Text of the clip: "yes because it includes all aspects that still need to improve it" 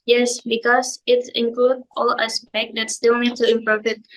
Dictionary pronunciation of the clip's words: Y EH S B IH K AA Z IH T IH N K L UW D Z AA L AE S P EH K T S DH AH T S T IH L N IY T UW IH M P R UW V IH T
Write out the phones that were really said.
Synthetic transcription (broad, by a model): Y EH S B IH K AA S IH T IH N K L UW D AA L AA S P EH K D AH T S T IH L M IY T UW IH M P R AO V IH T